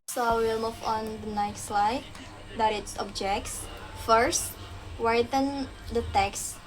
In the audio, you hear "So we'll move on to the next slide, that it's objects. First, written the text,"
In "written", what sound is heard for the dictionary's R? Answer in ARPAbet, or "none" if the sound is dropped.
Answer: W